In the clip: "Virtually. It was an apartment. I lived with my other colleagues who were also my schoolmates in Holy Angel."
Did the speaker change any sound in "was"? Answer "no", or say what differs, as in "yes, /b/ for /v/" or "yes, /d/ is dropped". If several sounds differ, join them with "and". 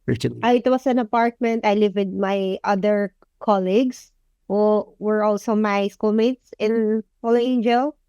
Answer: yes, /s/ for /z/